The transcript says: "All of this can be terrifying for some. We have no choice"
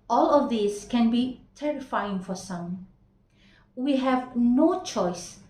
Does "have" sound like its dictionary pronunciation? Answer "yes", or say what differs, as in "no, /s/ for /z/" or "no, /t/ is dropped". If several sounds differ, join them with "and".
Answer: yes